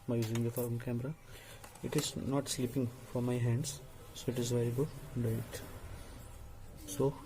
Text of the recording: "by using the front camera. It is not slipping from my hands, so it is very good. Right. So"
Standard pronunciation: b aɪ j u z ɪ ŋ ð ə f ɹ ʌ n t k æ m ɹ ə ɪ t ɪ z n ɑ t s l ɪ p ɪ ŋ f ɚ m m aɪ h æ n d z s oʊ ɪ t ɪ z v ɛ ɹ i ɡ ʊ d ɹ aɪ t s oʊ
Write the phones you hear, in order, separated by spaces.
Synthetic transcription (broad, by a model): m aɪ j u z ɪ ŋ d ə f ʌ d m k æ m ɹ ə ɪ t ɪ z n ɑ t s l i p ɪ ŋ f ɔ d m aɪ h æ n d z s oʊ ɪ t ɪ z v ɛ ɹ i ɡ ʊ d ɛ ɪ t s oʊ